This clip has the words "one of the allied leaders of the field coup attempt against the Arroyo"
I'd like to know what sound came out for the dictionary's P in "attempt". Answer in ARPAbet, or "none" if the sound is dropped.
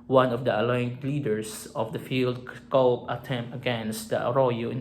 none